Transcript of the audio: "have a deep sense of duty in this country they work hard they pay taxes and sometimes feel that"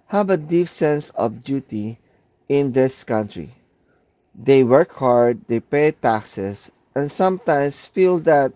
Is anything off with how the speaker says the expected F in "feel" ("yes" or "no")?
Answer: no